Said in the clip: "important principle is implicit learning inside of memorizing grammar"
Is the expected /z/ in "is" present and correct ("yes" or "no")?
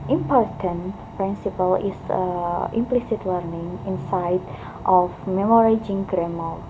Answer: no